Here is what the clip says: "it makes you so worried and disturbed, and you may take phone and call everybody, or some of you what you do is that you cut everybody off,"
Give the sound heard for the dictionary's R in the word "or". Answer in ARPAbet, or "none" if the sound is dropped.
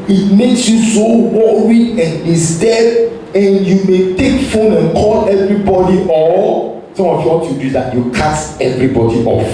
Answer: L